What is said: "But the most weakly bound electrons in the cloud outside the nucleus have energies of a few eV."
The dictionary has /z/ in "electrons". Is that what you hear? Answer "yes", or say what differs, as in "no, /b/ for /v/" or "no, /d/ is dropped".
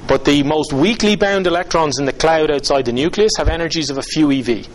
yes